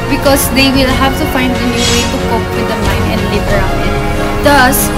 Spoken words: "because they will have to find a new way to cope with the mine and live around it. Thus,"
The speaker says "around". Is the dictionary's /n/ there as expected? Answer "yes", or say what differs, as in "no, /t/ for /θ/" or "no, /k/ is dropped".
no, /n/ is dropped